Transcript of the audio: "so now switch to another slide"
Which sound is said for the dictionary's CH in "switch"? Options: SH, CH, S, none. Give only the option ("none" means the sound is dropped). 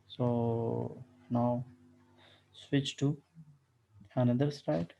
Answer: CH